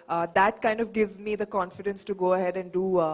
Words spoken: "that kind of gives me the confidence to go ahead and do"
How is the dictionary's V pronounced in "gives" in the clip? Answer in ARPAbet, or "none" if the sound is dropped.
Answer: V